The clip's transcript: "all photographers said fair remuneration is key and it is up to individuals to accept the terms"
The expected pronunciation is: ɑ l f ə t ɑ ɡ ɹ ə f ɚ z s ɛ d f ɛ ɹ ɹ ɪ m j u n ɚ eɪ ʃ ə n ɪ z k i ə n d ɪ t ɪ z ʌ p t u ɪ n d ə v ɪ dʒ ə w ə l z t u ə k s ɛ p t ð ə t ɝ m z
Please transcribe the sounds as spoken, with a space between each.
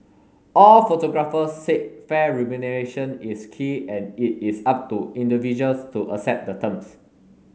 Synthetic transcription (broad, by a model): ɑ l f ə t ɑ ɡ ɹ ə f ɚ s ɛ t f ɛ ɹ ɹ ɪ m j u n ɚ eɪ ʃ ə n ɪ s k i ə n ɪ t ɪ s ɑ p t u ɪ n d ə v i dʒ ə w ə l s t u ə s ɛ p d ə t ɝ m s